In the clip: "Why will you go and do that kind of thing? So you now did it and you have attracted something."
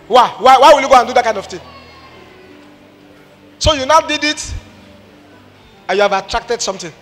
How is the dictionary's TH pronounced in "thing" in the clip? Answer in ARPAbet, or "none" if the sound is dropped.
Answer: T